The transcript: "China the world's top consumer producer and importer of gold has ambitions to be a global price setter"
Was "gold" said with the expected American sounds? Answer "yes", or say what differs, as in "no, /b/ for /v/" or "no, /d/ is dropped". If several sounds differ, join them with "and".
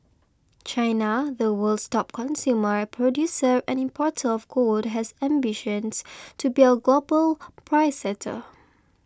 no, /l/ is dropped